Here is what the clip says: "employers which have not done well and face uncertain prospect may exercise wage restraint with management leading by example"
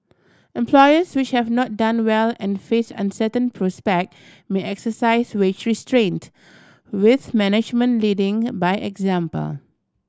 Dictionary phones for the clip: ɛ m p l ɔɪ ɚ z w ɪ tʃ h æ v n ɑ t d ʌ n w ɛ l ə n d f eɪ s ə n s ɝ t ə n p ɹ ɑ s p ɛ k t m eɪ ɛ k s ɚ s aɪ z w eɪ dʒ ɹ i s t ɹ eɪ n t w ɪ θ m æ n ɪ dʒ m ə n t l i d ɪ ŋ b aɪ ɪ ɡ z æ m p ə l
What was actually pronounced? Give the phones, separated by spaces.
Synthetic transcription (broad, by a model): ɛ m p l ɔɪ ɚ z w ɪ tʃ h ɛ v n ɑ t d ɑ n w ɛ l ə n f eɪ s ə n s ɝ t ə n p ɹ ɑ s p ɛ k t m eɪ ɛ k s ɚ s aɪ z w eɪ tʃ ɹ i s t ɹ eɪ n t w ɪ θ m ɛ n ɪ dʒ m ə n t l i d ɪ ŋ b aɪ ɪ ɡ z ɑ m p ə l